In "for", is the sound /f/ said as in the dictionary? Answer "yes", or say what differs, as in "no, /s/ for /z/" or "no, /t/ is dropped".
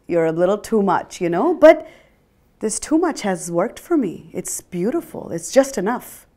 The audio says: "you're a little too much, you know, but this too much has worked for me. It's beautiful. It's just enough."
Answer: yes